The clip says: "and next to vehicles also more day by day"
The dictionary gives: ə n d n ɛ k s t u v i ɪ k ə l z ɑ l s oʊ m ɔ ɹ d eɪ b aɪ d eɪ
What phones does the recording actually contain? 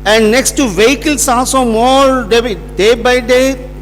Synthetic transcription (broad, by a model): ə n d n ɛ k s t u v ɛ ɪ k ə l s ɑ s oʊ m ɔ ɹ d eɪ b aɪ d eɪ